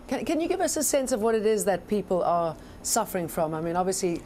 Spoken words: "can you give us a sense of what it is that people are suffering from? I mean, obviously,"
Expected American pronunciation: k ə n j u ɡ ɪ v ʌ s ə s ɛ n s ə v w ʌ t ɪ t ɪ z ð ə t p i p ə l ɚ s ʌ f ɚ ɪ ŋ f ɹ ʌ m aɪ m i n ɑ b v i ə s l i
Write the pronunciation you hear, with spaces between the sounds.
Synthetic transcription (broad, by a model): k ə n j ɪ ɡ ɪ v ʌ s ə s ɛ n s ə v w ʌ t ɪ t ɪ z ð ə t p i p l ɚ s ʌ f ɚ ɪ ŋ f ɹ ʌ m aɪ m i n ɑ b v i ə s l i